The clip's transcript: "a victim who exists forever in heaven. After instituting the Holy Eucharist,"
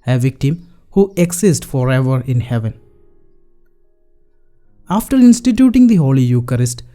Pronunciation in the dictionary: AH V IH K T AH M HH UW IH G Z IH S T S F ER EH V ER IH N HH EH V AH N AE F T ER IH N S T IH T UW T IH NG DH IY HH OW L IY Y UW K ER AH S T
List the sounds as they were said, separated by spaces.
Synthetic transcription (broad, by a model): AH V IH K T AH M HH UW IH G S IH S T F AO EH V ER IH N HH EH V AH N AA F T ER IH N S T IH T UW T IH NG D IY HH OW L IY Y UW K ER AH S T